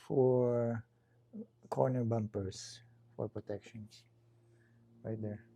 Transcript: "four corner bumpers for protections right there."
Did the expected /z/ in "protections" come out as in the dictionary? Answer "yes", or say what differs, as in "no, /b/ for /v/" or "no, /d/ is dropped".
no, /s/ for /z/